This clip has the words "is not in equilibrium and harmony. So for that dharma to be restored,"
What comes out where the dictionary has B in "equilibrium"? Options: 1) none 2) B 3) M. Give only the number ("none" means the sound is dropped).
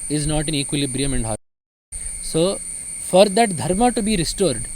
2